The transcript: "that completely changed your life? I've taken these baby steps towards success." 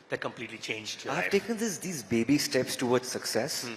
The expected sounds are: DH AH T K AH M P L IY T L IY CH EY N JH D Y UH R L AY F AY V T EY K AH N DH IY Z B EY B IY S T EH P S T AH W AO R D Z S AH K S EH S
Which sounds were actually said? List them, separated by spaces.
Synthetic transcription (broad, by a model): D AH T K AH M P L IY T L IY CH EY N JH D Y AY AY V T EY K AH N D IY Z B EY B IY S T EH P S T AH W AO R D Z S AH K S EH S